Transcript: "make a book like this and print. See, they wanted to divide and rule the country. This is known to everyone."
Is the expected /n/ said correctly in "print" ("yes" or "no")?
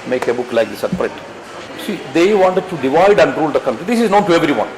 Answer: no